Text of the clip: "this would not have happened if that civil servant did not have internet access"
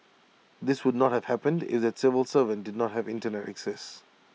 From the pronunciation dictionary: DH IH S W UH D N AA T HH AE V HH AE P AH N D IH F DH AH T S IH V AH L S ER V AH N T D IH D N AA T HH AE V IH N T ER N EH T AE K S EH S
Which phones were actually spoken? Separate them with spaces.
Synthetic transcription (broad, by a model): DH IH S W UH D N AA T HH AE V HH AE P AH N D IH F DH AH T S IH V AH L S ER V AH N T D IH D N AA T HH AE V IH N T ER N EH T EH K S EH S